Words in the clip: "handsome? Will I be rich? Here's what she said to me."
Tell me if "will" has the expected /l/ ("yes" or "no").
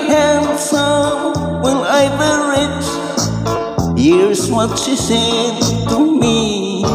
no